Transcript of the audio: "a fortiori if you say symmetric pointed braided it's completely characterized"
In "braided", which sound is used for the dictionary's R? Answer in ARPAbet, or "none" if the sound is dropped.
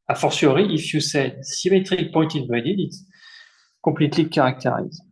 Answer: none